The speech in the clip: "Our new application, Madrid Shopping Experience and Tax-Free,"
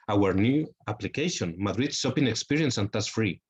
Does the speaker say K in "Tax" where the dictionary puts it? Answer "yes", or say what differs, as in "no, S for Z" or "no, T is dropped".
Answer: no, K is dropped